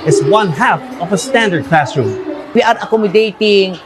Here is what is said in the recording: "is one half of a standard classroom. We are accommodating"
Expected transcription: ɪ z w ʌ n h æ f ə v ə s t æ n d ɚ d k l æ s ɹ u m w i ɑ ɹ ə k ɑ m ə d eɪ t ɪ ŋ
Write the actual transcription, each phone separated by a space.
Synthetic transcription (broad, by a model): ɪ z w ʌ n h æ f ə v ə s t æ n d ɚ d k l æ s ɹ u m w i ɑ ɹ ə k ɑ m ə d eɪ t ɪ ŋ